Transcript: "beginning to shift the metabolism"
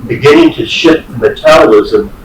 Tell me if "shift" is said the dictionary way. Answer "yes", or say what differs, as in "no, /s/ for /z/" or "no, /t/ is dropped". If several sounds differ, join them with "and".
no, /f/ is dropped